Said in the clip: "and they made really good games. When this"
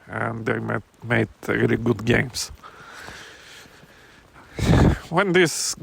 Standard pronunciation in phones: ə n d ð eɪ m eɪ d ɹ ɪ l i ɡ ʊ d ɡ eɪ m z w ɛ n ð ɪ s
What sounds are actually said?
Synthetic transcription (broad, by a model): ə n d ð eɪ m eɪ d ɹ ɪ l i ɡ ʊ d ɡ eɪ m s w ɛ n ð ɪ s